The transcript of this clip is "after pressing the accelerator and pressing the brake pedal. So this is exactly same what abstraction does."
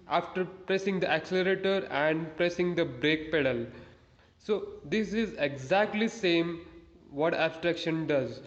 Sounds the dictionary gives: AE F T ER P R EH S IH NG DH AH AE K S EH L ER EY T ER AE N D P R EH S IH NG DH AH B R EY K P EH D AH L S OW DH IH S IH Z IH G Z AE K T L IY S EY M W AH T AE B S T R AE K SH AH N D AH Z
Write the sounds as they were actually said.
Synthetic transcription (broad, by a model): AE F T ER P R EH S IH NG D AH AE K S EH L ER EY T ER AE N D P R EH S IH NG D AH B R EY K P EH D AH L S OW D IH S IH Z IH G Z AE K T L IY S EY M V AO T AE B S T R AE K SH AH N D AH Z